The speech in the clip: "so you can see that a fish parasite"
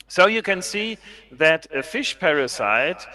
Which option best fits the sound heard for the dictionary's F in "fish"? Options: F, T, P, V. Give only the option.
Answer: F